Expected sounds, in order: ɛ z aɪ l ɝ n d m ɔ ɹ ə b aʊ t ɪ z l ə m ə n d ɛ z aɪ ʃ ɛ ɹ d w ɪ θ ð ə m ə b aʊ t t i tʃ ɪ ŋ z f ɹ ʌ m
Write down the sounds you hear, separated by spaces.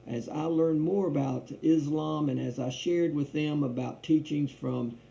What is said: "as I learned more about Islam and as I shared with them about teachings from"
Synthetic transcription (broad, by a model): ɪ z aɪ l ɝ n m ɔ ɹ ə b aʊ t ɪ z l ə m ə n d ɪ z aɪ ʃ ɛ ɹ d w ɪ ð ə m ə b aʊ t t i tʃ ɪ ŋ z f ɹ ʌ m